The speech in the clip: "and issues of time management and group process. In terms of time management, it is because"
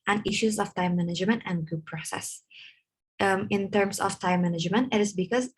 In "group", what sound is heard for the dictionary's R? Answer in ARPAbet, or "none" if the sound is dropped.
none